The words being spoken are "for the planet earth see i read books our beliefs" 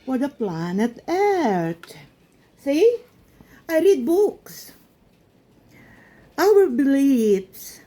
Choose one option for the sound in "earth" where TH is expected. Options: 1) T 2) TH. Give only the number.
1